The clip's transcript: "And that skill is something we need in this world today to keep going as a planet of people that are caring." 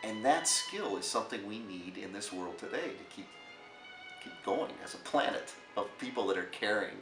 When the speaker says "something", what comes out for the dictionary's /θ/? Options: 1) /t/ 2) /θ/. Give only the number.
2